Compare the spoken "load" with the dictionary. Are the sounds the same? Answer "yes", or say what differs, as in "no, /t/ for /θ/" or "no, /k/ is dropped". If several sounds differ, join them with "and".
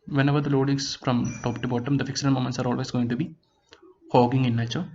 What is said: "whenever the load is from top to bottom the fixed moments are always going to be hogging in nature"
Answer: yes